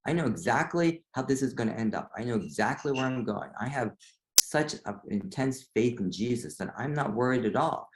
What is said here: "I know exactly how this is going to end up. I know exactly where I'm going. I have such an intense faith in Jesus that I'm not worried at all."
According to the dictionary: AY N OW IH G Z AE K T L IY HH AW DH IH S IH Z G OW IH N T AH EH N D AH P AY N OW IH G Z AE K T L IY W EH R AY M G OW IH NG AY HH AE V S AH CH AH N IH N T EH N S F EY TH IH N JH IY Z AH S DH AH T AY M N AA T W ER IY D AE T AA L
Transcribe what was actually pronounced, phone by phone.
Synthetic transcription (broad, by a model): AY N OW IH G Z AE K T L IY HH AW DH IH S IH Z G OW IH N T EH N D AH P AY N OW IH G Z AE K T L IY W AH R AY M G OW IH NG AY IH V S AH CH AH IH N T EH N S F EY TH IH N JH IY Z AH S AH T AY M N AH T W ER IY D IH T AA L